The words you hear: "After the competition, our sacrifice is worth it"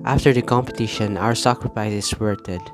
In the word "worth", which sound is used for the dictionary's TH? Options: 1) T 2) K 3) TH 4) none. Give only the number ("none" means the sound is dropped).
1